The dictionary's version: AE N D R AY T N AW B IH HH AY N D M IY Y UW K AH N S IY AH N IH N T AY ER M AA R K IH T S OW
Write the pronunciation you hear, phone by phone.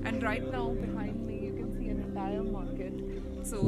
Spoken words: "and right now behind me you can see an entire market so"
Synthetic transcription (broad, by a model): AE N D R AY T N AW B IH HH AY N D M IY Y UW K AH N S IY AH N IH L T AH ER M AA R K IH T S OW